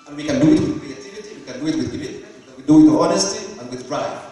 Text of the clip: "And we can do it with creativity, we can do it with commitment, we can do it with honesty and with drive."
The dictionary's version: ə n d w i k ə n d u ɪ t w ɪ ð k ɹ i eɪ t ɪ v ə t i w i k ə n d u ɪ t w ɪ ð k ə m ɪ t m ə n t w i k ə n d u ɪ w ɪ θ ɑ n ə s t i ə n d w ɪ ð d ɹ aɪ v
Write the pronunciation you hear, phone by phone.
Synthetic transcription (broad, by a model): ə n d w i k ə n d u ɪ t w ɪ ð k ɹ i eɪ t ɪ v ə t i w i k ə n d u ɪ t w ɪ ð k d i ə t w i d u ɪ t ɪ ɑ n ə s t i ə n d w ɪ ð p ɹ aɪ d